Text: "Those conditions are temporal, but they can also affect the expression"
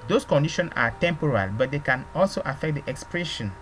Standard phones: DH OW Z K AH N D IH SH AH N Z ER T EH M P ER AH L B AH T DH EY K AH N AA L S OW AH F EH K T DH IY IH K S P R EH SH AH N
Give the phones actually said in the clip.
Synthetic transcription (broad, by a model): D OW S K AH N D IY SH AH N AA T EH M P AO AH L B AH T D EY K AH N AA L S OW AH F EH K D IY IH K S P R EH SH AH N